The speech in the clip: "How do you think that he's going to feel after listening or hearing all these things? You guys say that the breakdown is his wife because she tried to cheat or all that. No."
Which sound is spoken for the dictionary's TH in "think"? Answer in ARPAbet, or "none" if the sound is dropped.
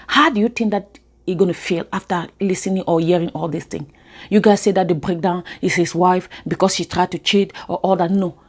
T